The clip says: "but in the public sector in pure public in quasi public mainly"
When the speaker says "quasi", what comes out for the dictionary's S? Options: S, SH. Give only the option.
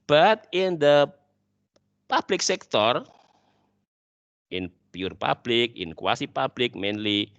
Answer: S